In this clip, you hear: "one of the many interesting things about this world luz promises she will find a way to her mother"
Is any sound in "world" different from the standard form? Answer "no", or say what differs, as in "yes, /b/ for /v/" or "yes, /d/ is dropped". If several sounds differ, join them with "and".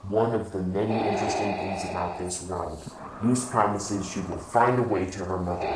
yes, /n/ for /l/